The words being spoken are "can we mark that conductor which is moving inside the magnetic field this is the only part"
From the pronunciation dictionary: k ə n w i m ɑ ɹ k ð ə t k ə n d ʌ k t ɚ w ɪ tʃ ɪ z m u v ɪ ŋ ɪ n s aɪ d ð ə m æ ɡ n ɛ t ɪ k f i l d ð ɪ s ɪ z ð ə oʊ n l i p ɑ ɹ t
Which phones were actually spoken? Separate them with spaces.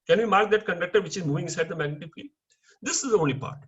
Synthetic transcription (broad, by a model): k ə n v i m ɑ ɹ k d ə t k ə n d ʌ k t ɚ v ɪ tʃ ɪ z m u v ɪ ŋ ɪ n s aɪ d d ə m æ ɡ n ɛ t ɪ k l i d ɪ s ɪ z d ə oʊ n l i p ɑ ɹ t